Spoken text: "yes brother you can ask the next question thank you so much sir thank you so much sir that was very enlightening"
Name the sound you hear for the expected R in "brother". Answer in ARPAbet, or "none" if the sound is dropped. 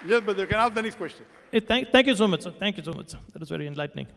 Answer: none